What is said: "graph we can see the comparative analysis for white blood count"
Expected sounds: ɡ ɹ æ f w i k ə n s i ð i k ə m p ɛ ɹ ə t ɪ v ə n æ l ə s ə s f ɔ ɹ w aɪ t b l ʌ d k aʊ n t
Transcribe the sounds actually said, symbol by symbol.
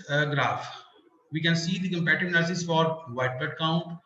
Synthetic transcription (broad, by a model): ɡ ɹ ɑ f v i k ə n s i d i k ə m p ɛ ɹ t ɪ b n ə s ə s f ɔ ɹ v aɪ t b ʌ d k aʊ n t